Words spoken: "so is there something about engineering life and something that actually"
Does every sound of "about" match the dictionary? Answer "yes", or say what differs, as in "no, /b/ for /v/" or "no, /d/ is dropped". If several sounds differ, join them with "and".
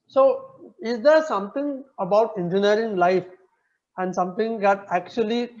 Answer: yes